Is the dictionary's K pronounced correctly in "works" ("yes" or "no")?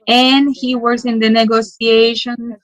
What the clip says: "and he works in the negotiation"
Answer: no